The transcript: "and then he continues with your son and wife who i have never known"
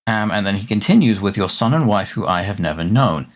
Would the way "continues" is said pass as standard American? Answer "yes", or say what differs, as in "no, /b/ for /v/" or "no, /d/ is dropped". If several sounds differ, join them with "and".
yes